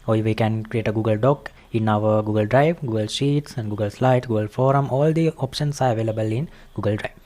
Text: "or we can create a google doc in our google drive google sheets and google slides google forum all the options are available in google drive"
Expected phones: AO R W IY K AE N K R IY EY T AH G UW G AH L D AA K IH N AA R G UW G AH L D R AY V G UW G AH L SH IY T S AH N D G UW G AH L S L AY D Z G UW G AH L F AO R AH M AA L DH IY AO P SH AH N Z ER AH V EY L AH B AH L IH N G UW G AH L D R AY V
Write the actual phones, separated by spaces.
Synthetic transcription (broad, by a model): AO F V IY K AE N K R IY EY T AH G UW G AH L D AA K IH N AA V G UW G AH L D R AY V G UW G AH L SH IY T S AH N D G UW G AH L S L AY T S G UW G AH L F AO R AH M AA L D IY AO P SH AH N S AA AH V EY L AH B AH L IH N G UW G AH L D R AY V